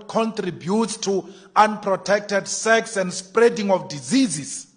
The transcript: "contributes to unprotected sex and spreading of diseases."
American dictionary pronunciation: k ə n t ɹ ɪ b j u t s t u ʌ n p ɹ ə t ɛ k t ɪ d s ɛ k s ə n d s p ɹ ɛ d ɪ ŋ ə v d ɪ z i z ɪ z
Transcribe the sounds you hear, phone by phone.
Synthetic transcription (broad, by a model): k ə n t ɹ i b j u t s t u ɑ n p ɹ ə t ɛ k t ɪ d s ɛ k s ə n d s p ɹ ɛ d ɪ ŋ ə f d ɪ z i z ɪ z